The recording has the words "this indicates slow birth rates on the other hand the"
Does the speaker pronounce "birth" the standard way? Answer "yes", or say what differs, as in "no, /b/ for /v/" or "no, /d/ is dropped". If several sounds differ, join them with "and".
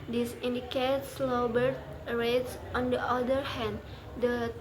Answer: no, /t/ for /θ/